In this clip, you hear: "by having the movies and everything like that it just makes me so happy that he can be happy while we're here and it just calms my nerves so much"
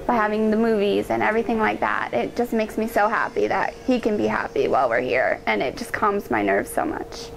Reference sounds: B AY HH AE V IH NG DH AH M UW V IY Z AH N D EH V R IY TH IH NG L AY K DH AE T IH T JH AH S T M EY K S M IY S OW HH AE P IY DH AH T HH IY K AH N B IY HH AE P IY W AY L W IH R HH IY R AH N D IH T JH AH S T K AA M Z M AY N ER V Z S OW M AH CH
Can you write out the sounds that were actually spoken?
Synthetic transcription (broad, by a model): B AY HH AE V IH NG DH AH M UW V IY Z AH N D EH V R IY TH IH NG L AY K DH AE T IH T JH AH S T M EY K S M IY S OW HH AE P IY DH AH T HH IY K AH N B IY HH AE P IY W AY L W IH R HH IY R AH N IH T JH AH S K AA M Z M AY N ER V Z S OW M AH CH